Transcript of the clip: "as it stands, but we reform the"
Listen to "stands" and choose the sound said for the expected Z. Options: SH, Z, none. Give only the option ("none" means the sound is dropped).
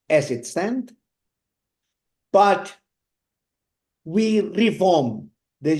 none